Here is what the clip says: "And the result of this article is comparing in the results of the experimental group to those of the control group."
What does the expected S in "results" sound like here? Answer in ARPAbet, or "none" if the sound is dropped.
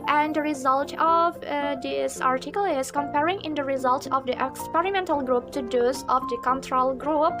none